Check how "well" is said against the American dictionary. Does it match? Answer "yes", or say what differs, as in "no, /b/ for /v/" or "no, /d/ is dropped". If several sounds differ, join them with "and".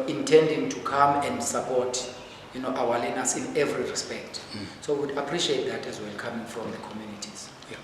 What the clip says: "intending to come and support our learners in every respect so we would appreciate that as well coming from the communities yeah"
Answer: no, /w/ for /l/